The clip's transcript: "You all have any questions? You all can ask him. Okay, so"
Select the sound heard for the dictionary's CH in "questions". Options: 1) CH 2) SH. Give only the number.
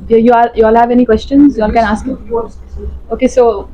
1